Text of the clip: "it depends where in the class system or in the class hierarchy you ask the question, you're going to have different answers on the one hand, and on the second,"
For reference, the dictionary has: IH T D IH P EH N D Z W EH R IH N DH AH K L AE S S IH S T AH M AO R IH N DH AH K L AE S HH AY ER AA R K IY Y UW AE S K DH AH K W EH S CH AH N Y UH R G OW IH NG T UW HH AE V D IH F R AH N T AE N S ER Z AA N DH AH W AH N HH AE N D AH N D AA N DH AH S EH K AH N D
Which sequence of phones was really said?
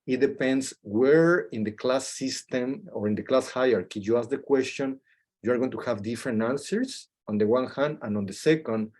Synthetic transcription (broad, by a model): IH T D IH P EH N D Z W EH R IH N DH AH K L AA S S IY S T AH M AO R IH N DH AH K L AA S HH AY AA R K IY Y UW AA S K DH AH K W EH S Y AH N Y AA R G OW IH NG T UW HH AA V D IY F R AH N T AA N S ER S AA N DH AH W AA N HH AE N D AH N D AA N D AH S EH K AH N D